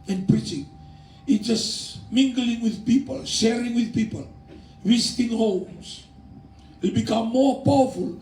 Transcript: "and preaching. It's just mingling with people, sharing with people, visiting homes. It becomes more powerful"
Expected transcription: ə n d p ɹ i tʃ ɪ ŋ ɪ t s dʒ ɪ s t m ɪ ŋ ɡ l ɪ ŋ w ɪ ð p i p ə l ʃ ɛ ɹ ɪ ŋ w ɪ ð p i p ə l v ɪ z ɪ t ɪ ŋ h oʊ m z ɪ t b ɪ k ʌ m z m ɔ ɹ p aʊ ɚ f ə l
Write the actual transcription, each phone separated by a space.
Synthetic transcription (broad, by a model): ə n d p ɹ i tʃ ɪ ŋ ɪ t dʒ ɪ s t m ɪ ŋ ɡ l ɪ ŋ w ɪ ð p i p ə l ʃ ɛ ɹ ɪ ŋ w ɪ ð p i p ə l w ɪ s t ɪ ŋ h oʊ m s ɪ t b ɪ k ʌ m m ɔ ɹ p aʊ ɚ f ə l